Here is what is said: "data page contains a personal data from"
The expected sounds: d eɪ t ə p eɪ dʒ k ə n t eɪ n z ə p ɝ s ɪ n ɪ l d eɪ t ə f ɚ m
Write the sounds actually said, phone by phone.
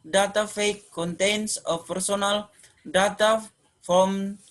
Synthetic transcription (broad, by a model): d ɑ t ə f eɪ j k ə n t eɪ n s ə p ɝ s ɪ n ɪ l d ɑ t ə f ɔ m